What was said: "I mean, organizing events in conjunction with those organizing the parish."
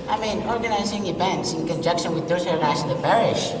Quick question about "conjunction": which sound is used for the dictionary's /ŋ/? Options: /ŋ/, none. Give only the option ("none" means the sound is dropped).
none